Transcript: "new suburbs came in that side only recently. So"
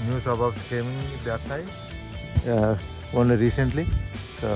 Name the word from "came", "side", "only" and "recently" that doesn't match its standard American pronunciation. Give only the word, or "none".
side